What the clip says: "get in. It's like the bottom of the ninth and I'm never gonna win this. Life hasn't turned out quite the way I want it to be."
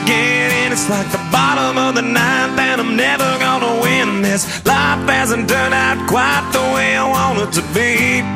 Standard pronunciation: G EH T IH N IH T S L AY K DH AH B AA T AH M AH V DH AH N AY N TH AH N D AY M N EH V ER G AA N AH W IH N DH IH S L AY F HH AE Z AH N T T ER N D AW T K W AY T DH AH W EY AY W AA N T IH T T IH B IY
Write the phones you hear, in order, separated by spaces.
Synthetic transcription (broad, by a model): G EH T IH N IH T S L AY K DH AH B AA T AH M AH V DH AH N AY N TH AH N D AY M N EH V ER G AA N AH W IH N DH IH S L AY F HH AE Z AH N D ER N AW T K W AY T DH AH W EY AY W AA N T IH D T IH B IY